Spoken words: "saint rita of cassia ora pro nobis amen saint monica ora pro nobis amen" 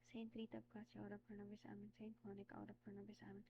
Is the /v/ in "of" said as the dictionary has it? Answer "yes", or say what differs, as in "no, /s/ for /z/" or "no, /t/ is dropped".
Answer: no, /b/ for /v/